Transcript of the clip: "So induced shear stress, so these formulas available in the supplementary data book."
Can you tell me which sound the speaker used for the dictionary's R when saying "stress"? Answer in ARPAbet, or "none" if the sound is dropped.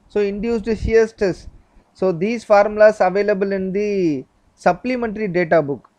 none